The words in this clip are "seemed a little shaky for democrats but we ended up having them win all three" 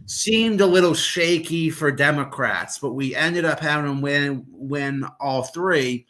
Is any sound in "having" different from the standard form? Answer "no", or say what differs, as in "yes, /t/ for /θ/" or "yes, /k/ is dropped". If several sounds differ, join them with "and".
yes, /v/ is dropped